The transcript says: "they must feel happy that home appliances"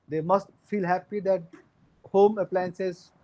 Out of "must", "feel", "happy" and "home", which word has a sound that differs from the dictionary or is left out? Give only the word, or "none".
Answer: none